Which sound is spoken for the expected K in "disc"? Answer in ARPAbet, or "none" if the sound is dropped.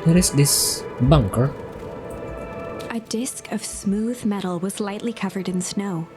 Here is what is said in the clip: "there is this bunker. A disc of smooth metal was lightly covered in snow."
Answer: K